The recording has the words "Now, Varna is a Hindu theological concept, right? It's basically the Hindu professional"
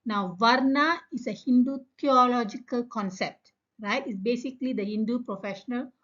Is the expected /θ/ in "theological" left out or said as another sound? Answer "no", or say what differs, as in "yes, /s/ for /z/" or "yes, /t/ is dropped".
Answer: yes, /t/ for /θ/